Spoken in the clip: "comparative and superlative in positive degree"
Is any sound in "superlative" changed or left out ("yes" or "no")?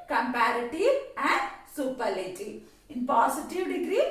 yes